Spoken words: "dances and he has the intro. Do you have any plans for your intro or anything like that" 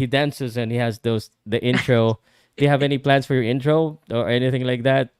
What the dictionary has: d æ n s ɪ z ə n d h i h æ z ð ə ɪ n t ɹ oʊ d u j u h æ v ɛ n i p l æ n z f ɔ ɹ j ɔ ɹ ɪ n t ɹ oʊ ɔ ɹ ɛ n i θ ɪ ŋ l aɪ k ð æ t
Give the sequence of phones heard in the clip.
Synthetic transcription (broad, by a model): d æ n s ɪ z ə n h i h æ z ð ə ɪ n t ɹ oʊ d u j u h æ v ɛ n i p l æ n s f ɔ ɹ j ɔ ɹ ɪ n t ɹ oʊ ɔ ɹ ɛ n i θ ɪ ŋ l aɪ k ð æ t